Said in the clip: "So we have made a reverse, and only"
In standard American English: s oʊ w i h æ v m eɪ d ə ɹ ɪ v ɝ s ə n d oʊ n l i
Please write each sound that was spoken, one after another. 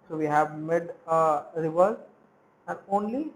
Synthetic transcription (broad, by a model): s oʊ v i h æ v m eɪ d ə ɹ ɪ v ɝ ə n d oʊ n l i